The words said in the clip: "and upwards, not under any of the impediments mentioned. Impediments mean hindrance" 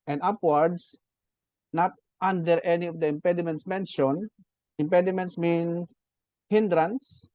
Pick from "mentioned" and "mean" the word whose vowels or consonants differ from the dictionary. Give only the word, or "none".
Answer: mentioned